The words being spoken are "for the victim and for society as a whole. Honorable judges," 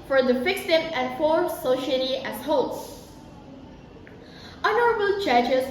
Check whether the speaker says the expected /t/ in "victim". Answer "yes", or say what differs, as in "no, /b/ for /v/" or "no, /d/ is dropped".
no, /s/ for /t/